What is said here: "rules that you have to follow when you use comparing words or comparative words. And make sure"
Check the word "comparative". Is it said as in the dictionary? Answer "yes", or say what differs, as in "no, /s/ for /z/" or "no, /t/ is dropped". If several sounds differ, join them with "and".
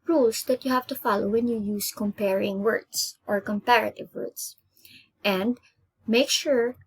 yes